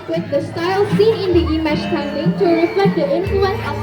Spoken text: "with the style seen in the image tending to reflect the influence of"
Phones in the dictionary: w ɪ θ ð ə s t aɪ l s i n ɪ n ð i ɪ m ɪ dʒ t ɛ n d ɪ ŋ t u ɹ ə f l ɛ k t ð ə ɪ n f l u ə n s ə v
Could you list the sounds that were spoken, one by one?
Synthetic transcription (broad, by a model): w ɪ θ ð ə s t aɪ l s i n ɪ n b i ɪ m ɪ tʃ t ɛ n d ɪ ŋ t u ɹ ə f l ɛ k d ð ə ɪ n f l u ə n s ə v